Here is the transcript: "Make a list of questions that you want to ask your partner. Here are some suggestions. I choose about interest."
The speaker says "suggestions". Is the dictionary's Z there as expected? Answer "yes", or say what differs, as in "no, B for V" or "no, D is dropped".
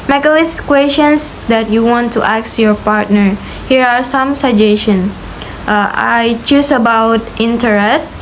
no, Z is dropped